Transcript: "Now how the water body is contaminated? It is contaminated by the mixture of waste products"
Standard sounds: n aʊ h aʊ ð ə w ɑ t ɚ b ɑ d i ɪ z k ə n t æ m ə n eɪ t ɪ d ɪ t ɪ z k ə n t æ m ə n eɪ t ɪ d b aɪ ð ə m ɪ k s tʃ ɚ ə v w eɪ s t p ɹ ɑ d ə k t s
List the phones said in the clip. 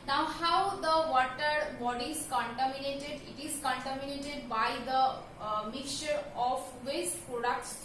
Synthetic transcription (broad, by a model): n aʊ h aʊ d ə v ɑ t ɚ b ɑ d i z k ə n t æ m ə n eɪ t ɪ d ɪ t ɪ z k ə n t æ m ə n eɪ t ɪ d b aɪ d ə m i k tʃ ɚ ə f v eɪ s t p ɹ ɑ d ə k t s